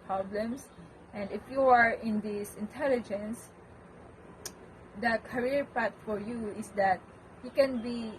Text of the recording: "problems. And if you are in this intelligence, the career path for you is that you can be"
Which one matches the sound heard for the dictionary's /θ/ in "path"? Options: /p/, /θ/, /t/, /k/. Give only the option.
/t/